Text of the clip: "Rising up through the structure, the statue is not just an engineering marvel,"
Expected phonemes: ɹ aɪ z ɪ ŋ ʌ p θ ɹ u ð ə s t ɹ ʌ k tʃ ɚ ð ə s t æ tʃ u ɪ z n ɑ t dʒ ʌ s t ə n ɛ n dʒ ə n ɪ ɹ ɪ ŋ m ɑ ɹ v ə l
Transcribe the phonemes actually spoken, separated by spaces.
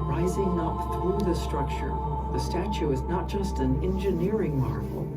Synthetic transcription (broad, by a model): ɹ aɪ z ɪ ŋ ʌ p θ ɹ u ð ə s t ɹ ʌ k tʃ ɚ ð ə s t æ tʃ u ɪ z n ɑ t dʒ ʌ s t ə n ɛ n dʒ ə n ɪ ɹ ɪ ŋ m ɑ ɹ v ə l